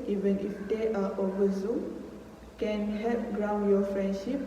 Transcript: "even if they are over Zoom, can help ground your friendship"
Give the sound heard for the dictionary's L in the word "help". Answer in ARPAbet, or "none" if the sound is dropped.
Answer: none